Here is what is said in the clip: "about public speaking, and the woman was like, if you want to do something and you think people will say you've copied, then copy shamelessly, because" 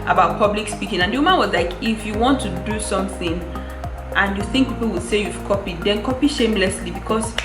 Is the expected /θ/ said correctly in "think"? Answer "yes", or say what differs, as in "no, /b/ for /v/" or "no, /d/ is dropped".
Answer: yes